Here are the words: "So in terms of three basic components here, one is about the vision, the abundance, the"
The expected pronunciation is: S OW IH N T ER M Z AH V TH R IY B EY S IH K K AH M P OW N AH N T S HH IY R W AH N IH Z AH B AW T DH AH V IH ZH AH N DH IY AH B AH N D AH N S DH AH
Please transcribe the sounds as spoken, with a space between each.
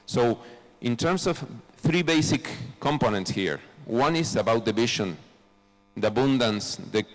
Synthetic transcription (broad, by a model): S OW IH N T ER M S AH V TH R IY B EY S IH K K AH M P OW N AH N T S HH IY R W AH N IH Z AH B AW T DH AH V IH SH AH N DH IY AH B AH N D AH N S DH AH